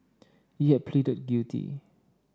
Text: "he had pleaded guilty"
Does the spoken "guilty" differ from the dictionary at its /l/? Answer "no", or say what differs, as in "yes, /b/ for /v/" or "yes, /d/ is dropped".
yes, /l/ is dropped